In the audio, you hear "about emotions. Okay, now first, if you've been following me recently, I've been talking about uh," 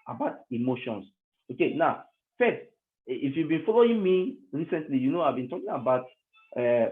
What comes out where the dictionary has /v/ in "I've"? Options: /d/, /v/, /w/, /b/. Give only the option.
/v/